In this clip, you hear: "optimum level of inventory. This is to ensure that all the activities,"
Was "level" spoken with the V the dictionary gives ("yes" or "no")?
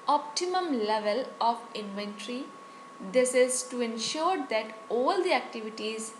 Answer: yes